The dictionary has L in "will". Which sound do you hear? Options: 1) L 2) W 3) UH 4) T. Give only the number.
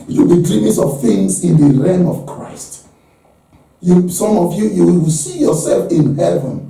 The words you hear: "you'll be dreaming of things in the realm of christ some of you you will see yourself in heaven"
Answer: 2